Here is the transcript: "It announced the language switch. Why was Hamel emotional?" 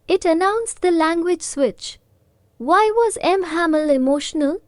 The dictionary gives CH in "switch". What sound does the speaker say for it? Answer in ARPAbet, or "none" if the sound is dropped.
CH